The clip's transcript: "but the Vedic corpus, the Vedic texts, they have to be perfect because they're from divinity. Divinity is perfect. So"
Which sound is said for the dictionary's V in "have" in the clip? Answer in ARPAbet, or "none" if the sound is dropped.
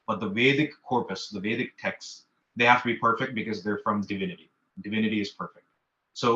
F